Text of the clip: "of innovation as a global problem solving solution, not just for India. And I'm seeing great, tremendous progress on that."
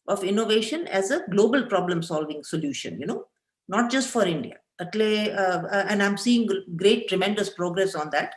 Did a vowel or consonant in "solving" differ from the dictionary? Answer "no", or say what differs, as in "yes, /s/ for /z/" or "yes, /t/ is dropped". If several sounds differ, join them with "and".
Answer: no